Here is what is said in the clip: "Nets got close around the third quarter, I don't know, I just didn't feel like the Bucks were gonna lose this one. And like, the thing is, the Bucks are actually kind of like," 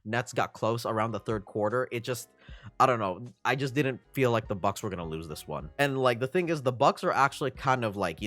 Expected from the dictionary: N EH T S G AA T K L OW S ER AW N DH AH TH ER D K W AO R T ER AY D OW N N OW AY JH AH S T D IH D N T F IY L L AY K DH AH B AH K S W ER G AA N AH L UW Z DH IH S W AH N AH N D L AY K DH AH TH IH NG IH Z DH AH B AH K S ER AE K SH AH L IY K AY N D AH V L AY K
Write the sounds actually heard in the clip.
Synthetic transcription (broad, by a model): N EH T S G AA T K L OW S ER AW N DH AH TH ER D K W AO R T ER AY D OW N N OW AY JH AH S D IH D N T F IY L L AY K DH AH B AH K S W ER G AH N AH L UW Z DH IH S W AH N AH N L AY K DH AH TH IH NG IH Z DH AH B AH K S ER AE K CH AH L IY K AY N D AH V L AY K